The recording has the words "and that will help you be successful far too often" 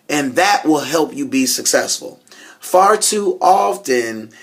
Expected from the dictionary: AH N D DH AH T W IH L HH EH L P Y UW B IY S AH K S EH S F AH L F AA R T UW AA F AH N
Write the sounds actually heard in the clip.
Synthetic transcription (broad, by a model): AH N DH AH T W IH L HH EH L P Y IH B IY S AH K S EH S F AH L F AA R T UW AA F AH N